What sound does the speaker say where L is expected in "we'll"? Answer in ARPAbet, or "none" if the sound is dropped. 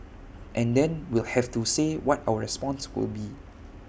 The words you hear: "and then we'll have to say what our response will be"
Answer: L